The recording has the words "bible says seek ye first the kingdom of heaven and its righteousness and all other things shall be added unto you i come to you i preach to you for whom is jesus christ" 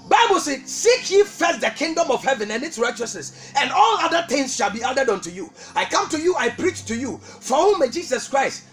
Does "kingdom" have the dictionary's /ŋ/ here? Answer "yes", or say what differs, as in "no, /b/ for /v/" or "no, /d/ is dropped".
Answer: yes